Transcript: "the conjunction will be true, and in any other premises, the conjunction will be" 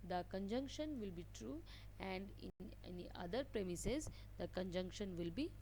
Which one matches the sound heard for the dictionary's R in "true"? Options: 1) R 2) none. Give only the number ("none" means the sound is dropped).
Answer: 1